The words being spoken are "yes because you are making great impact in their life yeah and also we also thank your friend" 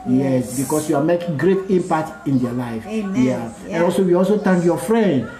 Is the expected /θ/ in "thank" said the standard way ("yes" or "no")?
no